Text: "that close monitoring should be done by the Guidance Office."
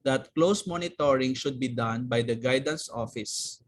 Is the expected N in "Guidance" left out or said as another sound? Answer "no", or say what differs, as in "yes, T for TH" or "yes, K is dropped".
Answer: no